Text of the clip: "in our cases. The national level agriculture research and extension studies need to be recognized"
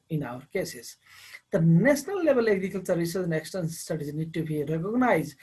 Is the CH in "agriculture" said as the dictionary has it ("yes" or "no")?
no